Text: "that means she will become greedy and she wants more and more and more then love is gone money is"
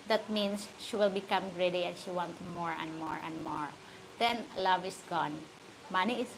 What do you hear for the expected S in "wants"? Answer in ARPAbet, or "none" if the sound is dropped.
none